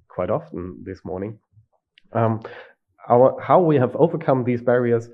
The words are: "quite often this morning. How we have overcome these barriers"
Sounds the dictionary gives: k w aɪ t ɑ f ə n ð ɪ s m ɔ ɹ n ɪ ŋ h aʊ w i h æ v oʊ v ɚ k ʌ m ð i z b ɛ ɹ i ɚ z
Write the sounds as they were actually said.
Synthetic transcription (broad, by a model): k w aɪ t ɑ f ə n ð ɪ s m ɔ ɹ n ɪ ŋ h aʊ w i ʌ v oʊ v ɚ k ʌ m ð i z b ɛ ɹ i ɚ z